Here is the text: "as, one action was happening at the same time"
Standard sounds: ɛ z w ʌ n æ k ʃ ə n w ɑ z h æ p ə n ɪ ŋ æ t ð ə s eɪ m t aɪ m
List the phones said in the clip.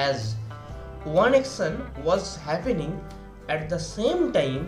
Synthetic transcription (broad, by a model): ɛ z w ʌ n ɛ k s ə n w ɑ z h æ p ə n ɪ ŋ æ t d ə s eɪ m t aɪ m